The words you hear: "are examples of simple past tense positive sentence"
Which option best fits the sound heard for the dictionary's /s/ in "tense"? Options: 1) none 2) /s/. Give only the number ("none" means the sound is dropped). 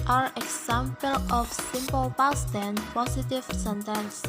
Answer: 1